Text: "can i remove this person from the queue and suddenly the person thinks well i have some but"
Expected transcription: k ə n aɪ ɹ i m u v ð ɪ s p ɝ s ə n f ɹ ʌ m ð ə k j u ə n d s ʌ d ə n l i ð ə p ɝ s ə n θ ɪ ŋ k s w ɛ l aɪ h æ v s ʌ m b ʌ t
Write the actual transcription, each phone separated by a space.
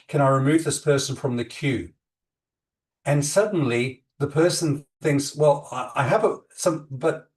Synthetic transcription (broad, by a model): k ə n aɪ ɹ i m u v ð ɪ s p ɝ s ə n f ɹ ʌ m ð ə k j u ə n s ʌ d n l i ð ə p ɝ s ə n θ ɪ ŋ k s w ɛ l aɪ h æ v s ʌ m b ʌ t